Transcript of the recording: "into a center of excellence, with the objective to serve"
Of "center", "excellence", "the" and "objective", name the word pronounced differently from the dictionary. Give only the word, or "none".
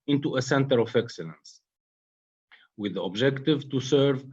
none